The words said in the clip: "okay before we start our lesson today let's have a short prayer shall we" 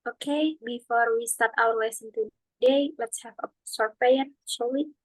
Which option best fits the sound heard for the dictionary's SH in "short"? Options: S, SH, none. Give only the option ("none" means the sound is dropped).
S